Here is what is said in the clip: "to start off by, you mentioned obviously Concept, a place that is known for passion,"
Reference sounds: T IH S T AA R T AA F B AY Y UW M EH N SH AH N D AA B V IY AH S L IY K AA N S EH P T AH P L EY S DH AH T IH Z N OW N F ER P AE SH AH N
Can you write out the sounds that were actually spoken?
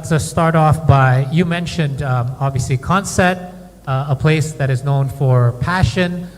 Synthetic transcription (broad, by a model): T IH S T AA R T AA F B AY Y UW M EH N SH AH N D AA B V IY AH S L IY K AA N S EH T AH P L EY S DH AH T IH Z N OW N F ER P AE SH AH N